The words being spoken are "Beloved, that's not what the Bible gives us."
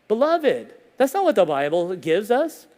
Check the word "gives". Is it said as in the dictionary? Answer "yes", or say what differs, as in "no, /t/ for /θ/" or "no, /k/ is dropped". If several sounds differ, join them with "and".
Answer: yes